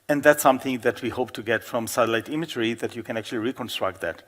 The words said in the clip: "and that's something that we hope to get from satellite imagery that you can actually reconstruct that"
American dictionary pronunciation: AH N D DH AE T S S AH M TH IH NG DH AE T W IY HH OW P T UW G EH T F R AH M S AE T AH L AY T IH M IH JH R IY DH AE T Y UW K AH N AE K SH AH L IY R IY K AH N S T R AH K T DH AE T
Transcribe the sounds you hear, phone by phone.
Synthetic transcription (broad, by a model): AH N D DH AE T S S AH M TH IH NG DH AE T W IY HH OW P T UW G EH T F R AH M S AE T AH L AY T IH M IH JH R IY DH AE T Y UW K AH N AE K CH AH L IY R IY K AH N S T R AH K T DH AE T